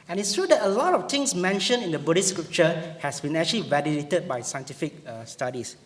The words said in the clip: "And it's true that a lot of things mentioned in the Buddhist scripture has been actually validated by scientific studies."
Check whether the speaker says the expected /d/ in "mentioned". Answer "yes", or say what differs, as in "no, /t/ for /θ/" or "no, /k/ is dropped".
no, /d/ is dropped